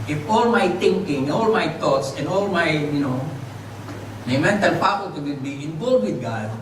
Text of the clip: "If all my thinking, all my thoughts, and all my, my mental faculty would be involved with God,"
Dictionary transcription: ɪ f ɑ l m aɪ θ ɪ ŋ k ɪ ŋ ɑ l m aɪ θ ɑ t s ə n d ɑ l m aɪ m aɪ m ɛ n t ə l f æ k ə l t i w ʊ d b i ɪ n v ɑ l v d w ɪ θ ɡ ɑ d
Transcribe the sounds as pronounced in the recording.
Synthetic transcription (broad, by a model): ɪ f ɑ l m aɪ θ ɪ ŋ k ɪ ŋ ɑ l m aɪ t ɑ t s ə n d ɑ l m aɪ m aɪ m ɛ n t ə l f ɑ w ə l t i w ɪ b i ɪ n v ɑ l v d w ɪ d ɡ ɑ d